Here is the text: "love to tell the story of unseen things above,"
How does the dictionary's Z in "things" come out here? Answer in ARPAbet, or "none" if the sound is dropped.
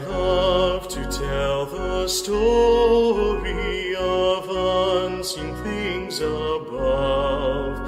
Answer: Z